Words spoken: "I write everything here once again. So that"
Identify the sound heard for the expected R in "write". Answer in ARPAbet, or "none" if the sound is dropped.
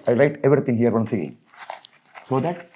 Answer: L